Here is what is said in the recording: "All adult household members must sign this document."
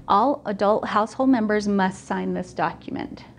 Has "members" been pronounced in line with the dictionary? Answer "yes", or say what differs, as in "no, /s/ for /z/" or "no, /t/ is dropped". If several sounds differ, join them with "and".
yes